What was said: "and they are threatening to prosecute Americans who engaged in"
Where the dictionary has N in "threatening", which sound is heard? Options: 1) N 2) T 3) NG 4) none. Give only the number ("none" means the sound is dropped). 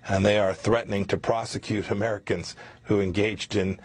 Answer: 1